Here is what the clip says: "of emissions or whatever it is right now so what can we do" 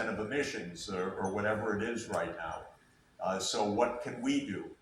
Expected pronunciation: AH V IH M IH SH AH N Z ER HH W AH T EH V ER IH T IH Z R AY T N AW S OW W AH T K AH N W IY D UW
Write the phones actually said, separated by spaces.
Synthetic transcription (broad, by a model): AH V IH M IH SH AH N Z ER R W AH T EH V ER IH T IH Z R AY T N AW S OW W AH T K AH N W IY D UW